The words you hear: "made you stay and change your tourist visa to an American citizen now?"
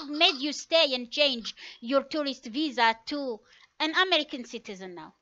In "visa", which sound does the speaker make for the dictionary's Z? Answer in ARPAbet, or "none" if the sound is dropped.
Z